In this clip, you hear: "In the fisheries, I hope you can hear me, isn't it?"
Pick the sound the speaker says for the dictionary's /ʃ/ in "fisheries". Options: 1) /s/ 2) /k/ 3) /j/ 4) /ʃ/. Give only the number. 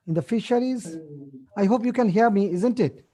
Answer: 4